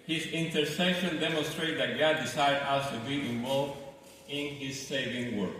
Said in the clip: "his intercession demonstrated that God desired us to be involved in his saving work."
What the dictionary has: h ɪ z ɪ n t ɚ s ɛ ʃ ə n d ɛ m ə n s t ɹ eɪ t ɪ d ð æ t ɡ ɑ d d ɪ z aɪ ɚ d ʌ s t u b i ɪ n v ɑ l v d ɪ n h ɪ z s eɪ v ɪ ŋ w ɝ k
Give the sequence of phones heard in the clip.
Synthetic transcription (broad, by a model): h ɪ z ɪ n t ɚ s ɛ ʃ ə n d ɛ m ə n s t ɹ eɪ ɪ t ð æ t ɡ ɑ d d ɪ s aɪ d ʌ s t u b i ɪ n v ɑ l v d ɪ n h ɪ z s eɪ v ɪ ŋ w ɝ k